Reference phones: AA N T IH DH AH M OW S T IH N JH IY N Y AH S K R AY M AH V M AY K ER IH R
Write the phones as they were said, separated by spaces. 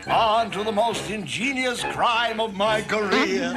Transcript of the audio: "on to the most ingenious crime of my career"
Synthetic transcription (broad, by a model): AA N T IH DH AH M OW S T IH N JH IY N Y AH S K R AY M AH V M AY K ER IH R